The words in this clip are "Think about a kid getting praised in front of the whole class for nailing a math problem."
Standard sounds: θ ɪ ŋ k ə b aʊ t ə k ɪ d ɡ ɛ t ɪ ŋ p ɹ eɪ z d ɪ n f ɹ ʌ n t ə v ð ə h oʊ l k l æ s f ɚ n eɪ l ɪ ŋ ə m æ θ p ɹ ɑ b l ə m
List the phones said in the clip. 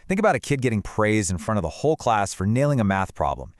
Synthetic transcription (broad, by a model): θ ɪ ŋ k ə b aʊ t ə k ɪ d ɡ ɛ t ɪ ŋ p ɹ eɪ z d ɪ n f ɹ ʌ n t ə v ð ə h oʊ l k l æ s f ɚ n eɪ l ɪ ŋ ə m æ θ p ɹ ɑ b l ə m